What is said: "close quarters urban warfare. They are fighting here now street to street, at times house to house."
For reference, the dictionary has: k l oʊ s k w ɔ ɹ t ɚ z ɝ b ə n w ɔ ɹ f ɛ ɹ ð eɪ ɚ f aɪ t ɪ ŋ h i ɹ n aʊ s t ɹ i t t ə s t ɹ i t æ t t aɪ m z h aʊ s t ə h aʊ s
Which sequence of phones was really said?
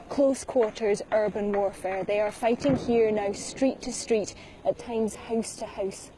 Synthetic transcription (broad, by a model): k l oʊ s k w ɔ ɹ t ɚ z ɝ b ə n w ɔ ɹ f ɛ ɹ ð eɪ ɚ f aɪ t ɪ ŋ h i ɹ n aʊ s t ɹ i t t ə s t ɹ i t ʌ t t aɪ m z h aʊ s t ə h aʊ s